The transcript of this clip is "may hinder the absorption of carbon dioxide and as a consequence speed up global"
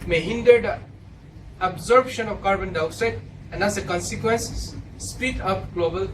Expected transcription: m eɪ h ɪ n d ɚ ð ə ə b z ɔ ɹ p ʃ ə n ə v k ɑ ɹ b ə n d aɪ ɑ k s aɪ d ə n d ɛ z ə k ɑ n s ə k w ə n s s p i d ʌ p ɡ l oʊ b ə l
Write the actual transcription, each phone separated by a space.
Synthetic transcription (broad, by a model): m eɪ h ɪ n d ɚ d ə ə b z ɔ ɹ b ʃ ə n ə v k ɑ ɹ b ə n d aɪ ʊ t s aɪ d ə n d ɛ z ə k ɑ n s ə k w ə n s s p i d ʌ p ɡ l oʊ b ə l